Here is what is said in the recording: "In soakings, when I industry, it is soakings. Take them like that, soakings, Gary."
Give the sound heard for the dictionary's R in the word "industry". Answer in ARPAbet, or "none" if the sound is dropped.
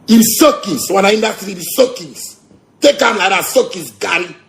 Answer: none